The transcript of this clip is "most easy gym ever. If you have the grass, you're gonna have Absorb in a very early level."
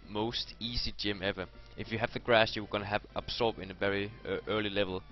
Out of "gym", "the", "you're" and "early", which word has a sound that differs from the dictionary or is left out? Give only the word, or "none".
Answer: you're